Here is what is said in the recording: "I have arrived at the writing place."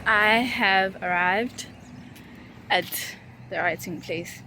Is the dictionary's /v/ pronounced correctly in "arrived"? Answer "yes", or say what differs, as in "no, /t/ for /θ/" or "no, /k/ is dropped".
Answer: yes